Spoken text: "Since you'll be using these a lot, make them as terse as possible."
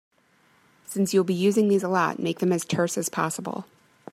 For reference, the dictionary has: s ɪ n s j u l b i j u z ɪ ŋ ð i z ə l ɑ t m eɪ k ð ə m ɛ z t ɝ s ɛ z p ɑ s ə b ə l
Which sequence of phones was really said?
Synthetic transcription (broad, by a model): s ɪ n s j u l b i j u z ɪ ŋ ð i z ə l ɑ t m eɪ k ð ə m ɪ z t ɝ s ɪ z p ɑ s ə b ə l